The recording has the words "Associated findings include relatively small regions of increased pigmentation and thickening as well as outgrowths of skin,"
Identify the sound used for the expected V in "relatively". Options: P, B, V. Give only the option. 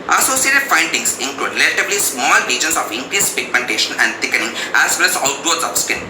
B